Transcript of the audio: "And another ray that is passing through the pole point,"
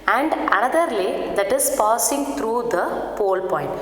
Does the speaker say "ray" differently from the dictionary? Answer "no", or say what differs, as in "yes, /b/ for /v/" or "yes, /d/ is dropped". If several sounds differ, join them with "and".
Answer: yes, /l/ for /ɹ/